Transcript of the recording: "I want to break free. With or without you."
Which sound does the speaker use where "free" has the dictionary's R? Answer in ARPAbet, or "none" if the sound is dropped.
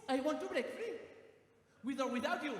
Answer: none